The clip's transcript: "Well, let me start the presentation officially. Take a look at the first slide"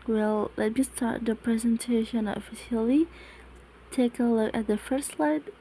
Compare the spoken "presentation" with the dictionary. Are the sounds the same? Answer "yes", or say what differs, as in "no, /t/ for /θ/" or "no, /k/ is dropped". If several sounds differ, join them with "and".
yes